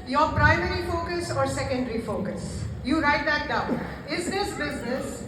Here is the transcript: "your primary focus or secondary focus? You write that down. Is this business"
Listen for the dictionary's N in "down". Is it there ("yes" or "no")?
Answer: no